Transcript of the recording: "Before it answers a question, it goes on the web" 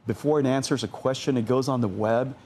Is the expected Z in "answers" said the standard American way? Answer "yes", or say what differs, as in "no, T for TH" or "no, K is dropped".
yes